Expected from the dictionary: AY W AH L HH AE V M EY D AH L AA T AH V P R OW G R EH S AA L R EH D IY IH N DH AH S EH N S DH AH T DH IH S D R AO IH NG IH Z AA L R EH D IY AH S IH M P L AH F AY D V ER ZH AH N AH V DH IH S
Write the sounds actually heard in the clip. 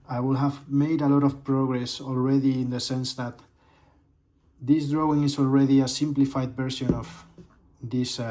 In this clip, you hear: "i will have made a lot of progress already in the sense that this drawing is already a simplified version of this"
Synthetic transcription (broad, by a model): AY W AH L HH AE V M EY D AH L AA T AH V P R OW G R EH S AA L R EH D IY IH N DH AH S EH N S DH AH T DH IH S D R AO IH NG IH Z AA L R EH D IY AH S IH M P L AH F AY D B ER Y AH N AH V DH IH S